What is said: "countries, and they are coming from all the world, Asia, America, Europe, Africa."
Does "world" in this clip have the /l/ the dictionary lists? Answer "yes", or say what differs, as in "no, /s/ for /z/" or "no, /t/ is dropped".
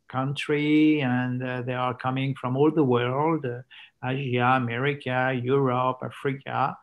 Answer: yes